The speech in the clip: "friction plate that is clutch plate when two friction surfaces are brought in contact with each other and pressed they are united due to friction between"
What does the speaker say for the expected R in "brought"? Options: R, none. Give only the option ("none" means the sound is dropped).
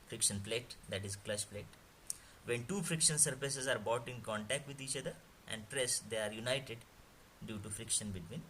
none